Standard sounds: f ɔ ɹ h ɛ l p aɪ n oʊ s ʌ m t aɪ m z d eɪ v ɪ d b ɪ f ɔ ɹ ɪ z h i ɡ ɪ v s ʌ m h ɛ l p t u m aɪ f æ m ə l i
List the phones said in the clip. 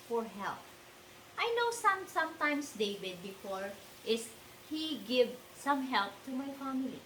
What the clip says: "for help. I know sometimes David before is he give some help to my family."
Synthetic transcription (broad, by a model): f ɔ ɹ h ɛ l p aɪ n oʊ s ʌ m t aɪ m s d eɪ v ɪ d b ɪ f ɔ ɹ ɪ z h i ɡ ɪ v s ʌ m h ɛ l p t u m aɪ f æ m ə l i